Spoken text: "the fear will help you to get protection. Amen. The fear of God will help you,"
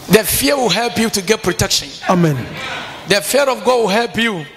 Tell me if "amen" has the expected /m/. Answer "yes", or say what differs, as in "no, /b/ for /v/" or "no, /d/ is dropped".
yes